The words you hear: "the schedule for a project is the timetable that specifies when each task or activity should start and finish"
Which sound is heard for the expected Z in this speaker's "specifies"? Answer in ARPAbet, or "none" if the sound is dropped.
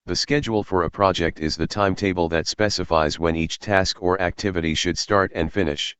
Z